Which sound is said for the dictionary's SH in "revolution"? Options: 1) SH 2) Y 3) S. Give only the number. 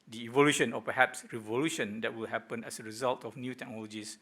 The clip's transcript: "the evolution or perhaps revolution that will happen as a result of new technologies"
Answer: 1